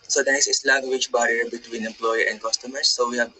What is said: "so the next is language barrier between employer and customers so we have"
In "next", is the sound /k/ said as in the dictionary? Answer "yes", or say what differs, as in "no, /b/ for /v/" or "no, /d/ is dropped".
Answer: no, /k/ is dropped